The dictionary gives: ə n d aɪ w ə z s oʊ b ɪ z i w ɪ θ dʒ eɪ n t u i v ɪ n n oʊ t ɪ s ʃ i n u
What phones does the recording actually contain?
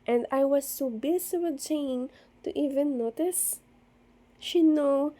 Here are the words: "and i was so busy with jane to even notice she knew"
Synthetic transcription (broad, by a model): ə n d aɪ w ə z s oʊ b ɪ s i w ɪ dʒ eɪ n t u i v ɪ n n oʊ t ɪ s ʃ i n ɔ